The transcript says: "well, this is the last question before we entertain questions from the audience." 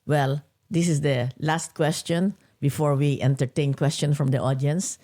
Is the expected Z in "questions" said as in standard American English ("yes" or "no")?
no